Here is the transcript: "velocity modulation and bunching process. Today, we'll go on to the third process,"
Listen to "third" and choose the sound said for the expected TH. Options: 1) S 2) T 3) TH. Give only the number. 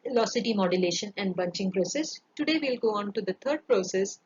2